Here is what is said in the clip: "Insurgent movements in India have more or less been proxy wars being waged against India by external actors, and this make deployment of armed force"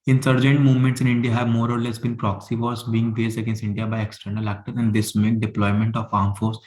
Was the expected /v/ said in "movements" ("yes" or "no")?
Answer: yes